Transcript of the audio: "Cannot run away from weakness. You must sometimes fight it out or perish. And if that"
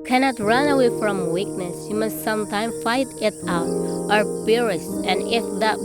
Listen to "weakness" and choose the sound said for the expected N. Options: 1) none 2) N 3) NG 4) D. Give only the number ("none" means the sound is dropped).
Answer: 2